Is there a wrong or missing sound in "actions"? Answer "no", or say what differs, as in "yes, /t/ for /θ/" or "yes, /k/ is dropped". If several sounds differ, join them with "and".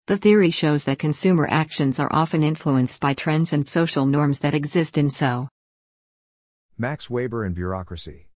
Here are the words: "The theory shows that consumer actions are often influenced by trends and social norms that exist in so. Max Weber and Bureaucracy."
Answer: no